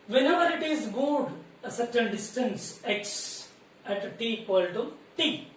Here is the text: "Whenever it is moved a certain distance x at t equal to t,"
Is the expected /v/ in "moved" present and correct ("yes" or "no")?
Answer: no